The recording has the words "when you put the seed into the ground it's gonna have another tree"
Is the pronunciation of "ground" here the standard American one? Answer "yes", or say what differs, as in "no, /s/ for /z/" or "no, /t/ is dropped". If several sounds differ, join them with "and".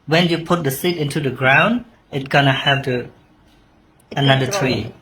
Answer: yes